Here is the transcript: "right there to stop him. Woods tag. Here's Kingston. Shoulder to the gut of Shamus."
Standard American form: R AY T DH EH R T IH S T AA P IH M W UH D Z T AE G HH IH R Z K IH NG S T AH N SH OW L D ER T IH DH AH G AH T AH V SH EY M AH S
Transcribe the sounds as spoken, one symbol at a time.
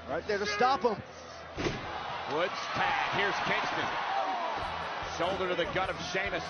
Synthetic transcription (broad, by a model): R AY T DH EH R T IH S T AA P IH M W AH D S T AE HH IH R Z K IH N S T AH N S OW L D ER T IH DH AH G AH T AH V SH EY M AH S